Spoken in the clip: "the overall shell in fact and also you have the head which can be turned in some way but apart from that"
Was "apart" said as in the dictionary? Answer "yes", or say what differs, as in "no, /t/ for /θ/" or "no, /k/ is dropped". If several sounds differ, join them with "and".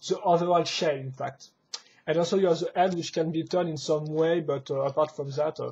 yes